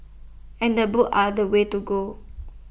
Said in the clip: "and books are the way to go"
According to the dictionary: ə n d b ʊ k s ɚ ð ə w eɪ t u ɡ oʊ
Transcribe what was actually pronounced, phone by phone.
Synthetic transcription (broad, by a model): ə n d b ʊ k ɑ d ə w eɪ t u ɡ oʊ